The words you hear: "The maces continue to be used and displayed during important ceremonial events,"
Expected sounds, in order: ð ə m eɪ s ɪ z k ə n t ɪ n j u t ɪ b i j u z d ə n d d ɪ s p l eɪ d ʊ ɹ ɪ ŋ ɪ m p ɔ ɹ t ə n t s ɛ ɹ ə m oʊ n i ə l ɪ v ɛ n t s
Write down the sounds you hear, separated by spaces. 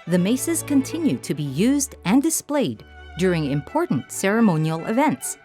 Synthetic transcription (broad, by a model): ð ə m eɪ s ɪ z k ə n t ɪ n j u t ɪ b i j u z d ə n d d ɪ s p l eɪ d ʊ ɹ ɪ ŋ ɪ m p ɔ ɹ t n t s ɛ ɹ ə m oʊ n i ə l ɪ v ɛ n t s